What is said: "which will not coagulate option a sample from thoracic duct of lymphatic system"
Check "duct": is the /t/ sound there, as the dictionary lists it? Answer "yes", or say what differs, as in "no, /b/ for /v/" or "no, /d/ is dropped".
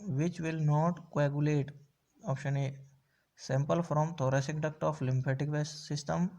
yes